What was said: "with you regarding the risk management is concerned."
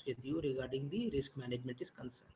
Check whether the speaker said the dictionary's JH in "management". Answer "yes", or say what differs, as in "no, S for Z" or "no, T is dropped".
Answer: yes